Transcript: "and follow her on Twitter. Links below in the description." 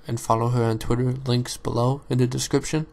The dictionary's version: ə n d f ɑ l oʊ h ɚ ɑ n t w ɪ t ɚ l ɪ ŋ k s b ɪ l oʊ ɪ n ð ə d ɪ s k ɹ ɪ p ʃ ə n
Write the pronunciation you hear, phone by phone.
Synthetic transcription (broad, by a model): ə n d f ɑ l oʊ h ɚ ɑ n t w ɪ t ɚ l ɪ ŋ k s b ɪ l oʊ ɪ n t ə d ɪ s k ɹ ɪ p ʃ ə n